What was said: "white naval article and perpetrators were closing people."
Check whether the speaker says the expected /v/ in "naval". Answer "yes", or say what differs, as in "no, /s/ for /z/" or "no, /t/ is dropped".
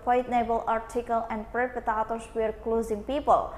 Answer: no, /b/ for /v/